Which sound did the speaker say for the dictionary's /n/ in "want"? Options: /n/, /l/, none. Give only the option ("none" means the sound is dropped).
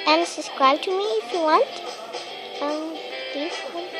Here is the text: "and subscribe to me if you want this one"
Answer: /n/